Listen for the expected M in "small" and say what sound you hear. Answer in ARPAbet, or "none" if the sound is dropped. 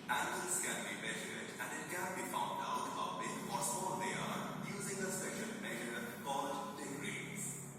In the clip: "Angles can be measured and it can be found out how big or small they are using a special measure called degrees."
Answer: none